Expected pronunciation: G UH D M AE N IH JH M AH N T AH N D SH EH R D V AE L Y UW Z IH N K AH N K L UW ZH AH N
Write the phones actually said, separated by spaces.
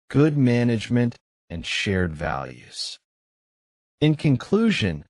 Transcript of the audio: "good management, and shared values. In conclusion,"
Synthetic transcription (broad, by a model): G UH D M AE N IH JH M AH N T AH N SH EH R D V AE L Y UW Z IH N K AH N K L UW ZH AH N